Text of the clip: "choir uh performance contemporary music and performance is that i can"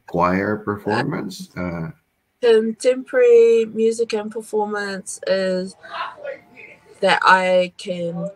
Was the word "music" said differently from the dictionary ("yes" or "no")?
no